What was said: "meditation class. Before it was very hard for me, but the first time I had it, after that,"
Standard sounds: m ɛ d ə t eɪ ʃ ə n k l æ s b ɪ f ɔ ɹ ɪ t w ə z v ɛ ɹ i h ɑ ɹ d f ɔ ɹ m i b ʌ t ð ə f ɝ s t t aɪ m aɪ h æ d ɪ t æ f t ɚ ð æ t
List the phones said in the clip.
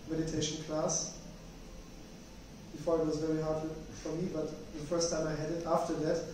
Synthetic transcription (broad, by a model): m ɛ d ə t eɪ ʃ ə n k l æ s b ɪ f ɔ ɹ ɪ t w ə z v ɛ ɹ i h ɑ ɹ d f ɔ ɹ m i b ʌ t ð ə f ɝ s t t aɪ m aɪ h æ d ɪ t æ f t ɚ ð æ t